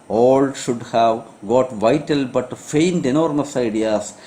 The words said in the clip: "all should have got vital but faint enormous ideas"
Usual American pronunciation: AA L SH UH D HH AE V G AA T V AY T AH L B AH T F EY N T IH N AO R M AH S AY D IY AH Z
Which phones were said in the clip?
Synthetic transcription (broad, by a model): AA L SH UH D HH AE V G AA T V AY T AH L B AH T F EY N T IH N AO R M AH S AY D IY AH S